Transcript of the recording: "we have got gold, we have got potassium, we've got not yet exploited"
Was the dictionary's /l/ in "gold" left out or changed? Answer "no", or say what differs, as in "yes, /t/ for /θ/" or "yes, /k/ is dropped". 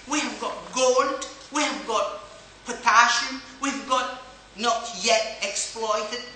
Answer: yes, /l/ is dropped